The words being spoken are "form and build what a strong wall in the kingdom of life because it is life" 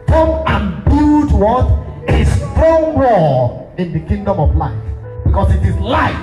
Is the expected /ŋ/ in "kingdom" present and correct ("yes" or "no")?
yes